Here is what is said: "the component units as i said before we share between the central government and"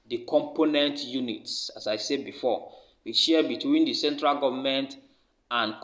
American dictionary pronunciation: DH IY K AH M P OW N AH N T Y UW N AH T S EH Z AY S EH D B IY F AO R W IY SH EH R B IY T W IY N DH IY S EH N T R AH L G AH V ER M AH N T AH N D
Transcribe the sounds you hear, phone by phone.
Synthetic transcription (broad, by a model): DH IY K AH M P OW N AH N T Y UW N AH T S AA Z AY S EH D B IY F AO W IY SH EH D B IY T W IY N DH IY S EH N T R AH L G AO V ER M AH N T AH N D